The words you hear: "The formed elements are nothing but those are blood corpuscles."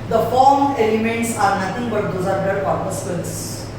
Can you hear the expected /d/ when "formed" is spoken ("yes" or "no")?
no